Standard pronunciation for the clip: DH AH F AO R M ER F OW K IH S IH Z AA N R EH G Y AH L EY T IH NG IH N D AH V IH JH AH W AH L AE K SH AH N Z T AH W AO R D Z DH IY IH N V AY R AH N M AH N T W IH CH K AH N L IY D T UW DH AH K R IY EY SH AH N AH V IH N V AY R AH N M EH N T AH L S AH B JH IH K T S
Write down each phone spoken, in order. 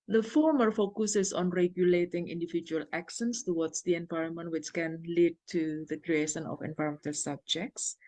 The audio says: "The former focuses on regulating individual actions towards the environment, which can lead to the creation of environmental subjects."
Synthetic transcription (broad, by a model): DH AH F AO R M ER F OW K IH S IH S AA N R EH G Y AH L EY T IH NG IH N D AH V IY JH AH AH L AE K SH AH N S T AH W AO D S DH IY IH N V AY R AH N M AH N T W IH CH K AH N L IY D T UW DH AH K R IY EY SH AH N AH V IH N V AY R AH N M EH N T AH L S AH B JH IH K T S